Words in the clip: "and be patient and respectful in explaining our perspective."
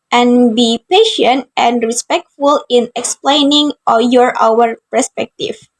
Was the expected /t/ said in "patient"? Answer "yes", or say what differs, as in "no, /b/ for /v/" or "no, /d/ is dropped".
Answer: yes